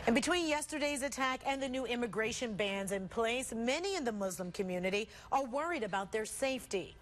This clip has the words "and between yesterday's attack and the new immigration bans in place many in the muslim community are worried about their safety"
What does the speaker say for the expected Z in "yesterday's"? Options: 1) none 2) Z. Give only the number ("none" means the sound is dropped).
2